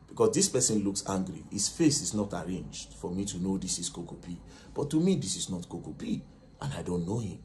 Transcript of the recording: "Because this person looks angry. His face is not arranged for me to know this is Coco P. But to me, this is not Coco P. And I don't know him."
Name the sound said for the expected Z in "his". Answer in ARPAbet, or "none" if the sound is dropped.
S